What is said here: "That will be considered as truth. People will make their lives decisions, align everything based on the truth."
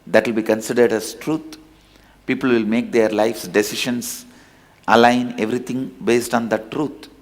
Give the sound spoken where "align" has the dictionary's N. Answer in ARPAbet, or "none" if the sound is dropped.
N